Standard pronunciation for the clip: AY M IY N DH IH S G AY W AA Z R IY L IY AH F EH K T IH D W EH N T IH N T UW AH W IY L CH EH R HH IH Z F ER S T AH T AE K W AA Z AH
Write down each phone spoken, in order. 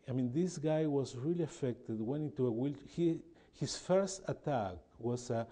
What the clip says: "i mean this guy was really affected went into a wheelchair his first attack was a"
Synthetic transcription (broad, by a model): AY M IY N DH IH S G AY W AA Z R IY L IY AH F EH K T IH D W EH N T IH N T UW AH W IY L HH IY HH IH S F ER S T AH T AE K W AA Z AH